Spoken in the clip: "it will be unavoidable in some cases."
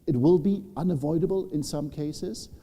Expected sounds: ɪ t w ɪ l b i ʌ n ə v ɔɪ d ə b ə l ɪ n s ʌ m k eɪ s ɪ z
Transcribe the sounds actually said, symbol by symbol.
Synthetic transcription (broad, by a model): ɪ t w ɪ l b i ʌ n ə v ɔɪ d ə b ə l ɪ n s ʌ m k eɪ s ɪ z